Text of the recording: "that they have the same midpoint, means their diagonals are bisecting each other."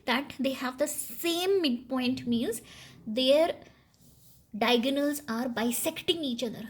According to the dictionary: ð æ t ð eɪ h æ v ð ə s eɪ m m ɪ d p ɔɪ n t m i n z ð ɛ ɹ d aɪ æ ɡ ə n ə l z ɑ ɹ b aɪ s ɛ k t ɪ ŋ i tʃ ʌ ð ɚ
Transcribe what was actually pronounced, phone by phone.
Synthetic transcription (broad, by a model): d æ t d eɪ h æ v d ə s eɪ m m ɪ d p ɔɪ n t m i l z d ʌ ɹ d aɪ ɡ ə n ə l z ɑ ɹ b aɪ s ɛ k t ɪ ŋ i tʃ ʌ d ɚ